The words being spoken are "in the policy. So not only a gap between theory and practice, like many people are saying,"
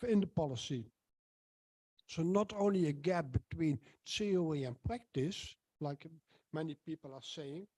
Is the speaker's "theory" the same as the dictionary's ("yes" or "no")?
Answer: no